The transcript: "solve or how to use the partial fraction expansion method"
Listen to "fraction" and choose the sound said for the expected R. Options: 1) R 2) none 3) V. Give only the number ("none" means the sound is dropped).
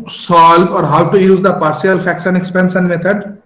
2